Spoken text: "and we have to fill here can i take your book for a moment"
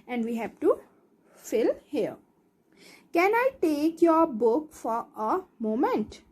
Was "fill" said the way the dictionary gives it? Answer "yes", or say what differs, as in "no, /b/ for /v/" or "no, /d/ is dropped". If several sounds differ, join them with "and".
yes